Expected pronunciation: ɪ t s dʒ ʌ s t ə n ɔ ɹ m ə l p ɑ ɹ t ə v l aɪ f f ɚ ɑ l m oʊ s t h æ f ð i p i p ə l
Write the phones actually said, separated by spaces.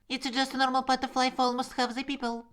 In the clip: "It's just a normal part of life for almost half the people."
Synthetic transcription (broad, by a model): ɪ t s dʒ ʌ s t ə n ɔ ɹ m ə l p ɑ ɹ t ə f l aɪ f f ɚ ɑ l m oʊ s t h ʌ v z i p i p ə l